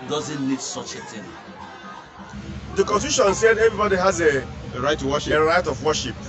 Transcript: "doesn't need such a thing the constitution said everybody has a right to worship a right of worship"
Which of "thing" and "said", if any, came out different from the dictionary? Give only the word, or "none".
thing